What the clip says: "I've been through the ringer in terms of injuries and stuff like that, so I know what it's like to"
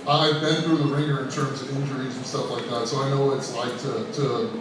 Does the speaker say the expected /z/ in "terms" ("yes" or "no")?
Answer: yes